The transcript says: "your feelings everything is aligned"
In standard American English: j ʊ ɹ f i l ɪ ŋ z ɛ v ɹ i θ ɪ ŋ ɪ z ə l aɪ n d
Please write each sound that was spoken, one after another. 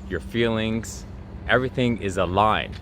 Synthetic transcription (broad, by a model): j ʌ ɹ f i l ɪ ŋ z ɛ v ɹ i θ ɪ ŋ ɪ z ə l aɪ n